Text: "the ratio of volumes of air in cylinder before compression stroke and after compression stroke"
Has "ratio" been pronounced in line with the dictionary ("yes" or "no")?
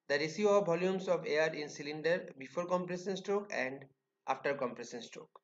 no